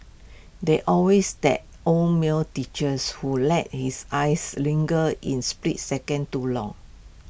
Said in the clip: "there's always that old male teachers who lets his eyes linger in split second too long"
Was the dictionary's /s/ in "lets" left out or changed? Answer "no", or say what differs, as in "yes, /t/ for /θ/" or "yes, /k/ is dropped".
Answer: yes, /s/ is dropped